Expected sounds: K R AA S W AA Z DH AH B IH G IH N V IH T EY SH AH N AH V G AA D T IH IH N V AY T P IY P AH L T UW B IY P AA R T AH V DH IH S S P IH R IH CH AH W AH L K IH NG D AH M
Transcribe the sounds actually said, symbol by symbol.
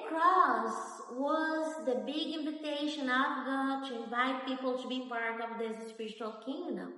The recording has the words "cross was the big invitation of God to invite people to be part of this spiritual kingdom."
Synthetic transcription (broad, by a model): K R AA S W AA Z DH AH B IH G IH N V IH T EY SH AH N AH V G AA T IH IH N V AY T P IY P AH L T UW B IY P AA R T AH V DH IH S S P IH R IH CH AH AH L K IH NG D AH M